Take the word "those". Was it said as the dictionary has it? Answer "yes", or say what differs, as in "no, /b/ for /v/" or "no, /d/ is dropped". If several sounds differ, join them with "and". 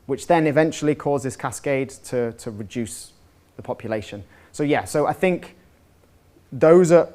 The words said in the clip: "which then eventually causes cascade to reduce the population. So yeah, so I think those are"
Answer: yes